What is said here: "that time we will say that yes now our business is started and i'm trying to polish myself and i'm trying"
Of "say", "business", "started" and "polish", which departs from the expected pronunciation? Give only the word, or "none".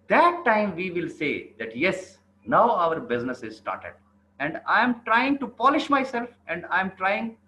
none